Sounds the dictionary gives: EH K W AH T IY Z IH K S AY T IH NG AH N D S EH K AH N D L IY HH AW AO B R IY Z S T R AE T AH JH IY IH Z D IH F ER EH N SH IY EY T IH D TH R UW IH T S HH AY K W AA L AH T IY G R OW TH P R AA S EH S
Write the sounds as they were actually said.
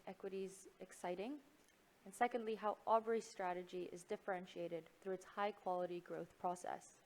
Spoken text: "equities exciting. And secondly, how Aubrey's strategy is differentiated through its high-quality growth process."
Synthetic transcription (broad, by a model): EH K W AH T IY Z IH K S AY T IH NG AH N S EH K AH N D L IY HH AW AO B R IY S T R AE T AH JH IY IH Z D IH F ER EH N SH IY EY T IH D TH R UW IH T S HH AY K W AA L AH T IY G R OW TH P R AA S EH S